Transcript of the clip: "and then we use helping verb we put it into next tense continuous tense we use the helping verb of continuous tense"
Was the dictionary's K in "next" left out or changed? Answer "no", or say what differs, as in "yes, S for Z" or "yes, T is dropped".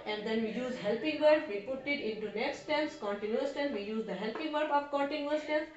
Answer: no